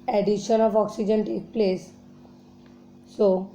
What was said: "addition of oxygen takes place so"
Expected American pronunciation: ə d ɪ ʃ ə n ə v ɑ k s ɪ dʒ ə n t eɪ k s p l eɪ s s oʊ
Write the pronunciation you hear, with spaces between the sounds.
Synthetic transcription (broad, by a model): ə d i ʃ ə n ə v ɑ k s ɪ dʒ ə n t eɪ k p l eɪ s s oʊ